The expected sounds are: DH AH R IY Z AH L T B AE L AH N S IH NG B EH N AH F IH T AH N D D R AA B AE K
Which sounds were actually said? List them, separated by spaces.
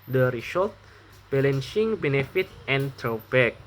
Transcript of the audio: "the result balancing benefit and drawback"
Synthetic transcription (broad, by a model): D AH R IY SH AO T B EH L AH N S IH NG B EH N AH F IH T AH N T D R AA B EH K